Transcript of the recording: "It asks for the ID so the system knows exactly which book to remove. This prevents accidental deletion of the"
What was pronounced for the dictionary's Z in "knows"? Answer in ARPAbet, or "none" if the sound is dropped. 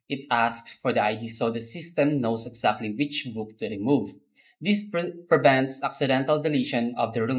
S